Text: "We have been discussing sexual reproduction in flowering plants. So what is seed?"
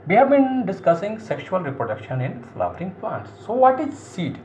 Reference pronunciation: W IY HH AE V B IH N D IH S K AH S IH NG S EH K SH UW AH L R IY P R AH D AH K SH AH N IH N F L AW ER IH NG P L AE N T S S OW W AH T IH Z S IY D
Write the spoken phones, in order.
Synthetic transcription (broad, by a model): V IY HH AE V B IH N D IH S K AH S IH NG S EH K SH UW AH L R IY P R AH D AH K SH AH N IH N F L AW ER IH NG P L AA N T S S OW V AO T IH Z S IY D